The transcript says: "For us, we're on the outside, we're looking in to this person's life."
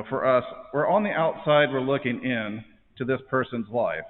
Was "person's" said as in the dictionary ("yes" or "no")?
yes